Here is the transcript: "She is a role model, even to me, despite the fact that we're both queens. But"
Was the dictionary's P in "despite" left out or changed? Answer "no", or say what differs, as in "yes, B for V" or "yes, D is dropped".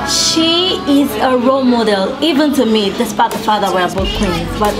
yes, B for P